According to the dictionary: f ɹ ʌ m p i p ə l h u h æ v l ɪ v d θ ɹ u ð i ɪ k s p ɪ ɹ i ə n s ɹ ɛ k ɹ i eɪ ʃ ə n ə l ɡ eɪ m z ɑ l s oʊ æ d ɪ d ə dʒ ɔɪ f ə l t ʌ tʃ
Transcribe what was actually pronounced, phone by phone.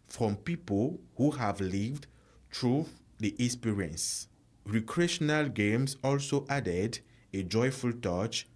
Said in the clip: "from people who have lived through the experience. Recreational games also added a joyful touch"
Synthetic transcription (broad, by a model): f ɹ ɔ m p i p ə l h u h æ v l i v d t ɹ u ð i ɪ s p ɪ ɹ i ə n s ɹ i k ɹ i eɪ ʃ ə n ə l ɡ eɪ m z ɑ l s oʊ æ d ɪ d ə dʒ ɔɪ f ə l t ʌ tʃ